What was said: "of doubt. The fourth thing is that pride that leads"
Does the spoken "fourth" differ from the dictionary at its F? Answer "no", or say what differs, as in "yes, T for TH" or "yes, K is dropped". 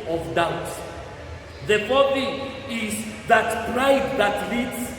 yes, P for F